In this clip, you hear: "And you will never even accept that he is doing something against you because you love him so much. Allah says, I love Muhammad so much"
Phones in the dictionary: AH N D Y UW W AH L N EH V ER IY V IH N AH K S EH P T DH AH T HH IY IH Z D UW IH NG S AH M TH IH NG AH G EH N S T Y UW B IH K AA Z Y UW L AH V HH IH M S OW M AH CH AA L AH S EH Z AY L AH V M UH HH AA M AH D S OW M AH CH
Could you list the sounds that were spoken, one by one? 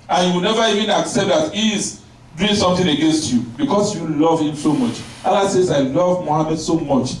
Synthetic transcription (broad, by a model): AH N Y UW W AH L N EH V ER IY V IH N AH K S EH P T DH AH T HH IY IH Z D UW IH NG S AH M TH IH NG AH G EH N S T Y UW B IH K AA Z Y UW L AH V HH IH M S OW M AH CH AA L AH S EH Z AY L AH V M UH HH AA M AH D S OW M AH CH